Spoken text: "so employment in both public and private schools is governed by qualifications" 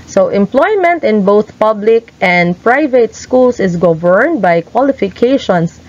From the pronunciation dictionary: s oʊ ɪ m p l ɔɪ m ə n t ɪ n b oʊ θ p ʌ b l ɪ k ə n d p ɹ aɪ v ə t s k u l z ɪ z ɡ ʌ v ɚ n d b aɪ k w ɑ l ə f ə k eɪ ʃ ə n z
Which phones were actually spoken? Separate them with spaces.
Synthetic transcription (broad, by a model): s oʊ ɪ m p l ɔɪ m ə n t ɪ n b oʊ θ p ʌ b l ɪ k ə n d p ɹ aɪ v ə t s k u l s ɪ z ɡ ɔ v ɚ n d b aɪ k w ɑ l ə f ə k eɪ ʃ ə n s